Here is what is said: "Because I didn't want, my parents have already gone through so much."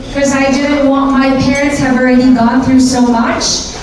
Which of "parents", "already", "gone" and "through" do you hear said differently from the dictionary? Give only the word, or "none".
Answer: none